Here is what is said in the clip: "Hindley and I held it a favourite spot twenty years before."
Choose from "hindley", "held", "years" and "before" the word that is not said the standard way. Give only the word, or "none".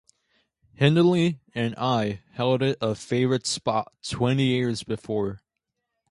none